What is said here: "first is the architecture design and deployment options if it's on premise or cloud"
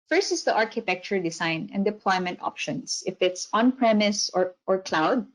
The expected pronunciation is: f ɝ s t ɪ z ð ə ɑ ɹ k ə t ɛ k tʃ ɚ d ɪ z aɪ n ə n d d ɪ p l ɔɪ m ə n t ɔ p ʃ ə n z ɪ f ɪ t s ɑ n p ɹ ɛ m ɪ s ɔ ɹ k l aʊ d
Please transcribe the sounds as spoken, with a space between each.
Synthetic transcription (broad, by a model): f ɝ s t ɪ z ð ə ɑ ɹ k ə t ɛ k tʃ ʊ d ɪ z aɪ n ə n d d ɪ p l ɔɪ m ə n t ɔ p ʃ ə n s ɪ f ɪ t s ɑ n p ɹ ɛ m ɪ s ɔ ɹ k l aʊ d